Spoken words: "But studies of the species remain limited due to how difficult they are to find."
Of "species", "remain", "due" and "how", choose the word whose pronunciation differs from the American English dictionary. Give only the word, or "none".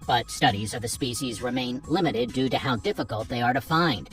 none